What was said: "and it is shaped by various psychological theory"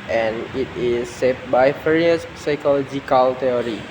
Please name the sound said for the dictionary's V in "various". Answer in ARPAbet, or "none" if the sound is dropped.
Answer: F